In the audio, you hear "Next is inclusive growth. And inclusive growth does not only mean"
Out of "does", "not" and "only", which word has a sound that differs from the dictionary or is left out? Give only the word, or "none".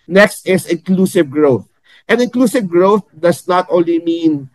does